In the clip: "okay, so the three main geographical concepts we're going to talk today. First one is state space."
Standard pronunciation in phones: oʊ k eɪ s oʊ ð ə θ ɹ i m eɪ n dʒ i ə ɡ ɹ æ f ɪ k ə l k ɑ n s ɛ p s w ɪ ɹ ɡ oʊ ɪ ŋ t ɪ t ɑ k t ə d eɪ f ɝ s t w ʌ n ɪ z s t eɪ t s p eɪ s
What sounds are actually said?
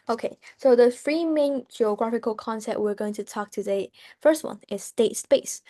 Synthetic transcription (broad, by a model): oʊ k eɪ s oʊ ð ə f ɹ i m eɪ n dʒ i ə ɡ ɹ æ f ɪ k ə l k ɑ n s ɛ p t w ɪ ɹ ɡ oʊ ɪ ŋ t ɪ t ɑ k t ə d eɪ f ɝ s t w ʌ n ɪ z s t eɪ t s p eɪ s